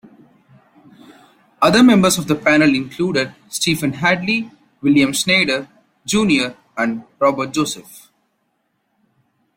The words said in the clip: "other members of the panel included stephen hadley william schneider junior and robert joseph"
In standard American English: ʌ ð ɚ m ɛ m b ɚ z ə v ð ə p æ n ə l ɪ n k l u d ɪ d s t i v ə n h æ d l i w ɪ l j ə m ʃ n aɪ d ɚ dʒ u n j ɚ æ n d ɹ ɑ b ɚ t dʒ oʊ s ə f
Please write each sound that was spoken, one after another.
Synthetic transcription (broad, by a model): ʌ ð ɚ m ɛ m b ɚ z ə v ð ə p æ n ə l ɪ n k l u d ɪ d s t i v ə n h æ d l i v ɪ l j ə m s n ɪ d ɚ dʒ u n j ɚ æ n d ɹ ɑ b ɚ t dʒ oʊ s ə f